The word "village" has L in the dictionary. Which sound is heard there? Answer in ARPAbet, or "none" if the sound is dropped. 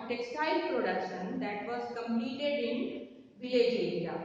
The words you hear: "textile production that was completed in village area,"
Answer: none